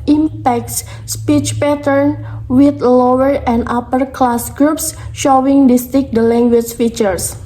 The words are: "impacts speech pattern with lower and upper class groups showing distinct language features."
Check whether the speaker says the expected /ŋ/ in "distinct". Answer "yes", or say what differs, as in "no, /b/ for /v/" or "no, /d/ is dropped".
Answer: no, /ŋ/ is dropped